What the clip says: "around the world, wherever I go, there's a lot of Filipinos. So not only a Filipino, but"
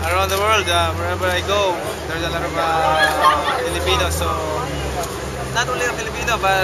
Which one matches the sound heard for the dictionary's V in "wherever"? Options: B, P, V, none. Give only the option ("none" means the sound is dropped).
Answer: B